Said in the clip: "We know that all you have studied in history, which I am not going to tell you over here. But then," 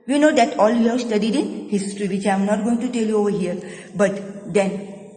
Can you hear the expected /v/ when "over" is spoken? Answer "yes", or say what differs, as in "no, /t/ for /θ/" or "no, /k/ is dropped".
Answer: yes